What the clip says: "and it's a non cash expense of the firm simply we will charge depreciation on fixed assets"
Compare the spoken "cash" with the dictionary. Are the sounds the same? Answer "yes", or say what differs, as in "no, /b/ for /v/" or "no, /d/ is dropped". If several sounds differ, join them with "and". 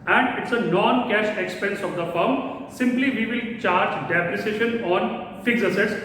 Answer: yes